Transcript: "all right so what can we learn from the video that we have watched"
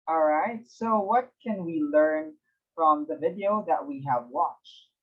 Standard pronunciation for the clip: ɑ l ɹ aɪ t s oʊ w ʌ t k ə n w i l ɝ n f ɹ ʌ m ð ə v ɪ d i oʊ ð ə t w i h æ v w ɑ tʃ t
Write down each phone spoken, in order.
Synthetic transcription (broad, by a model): ɑ l ɹ aɪ t s oʊ w ʌ t k ə n w i l ɝ n f ɹ ʌ m ð ə v ɪ d i oʊ ð ə t w i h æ v w ɑ tʃ t